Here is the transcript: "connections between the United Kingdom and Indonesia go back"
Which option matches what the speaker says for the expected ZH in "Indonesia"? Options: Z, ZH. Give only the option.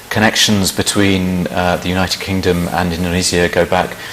Z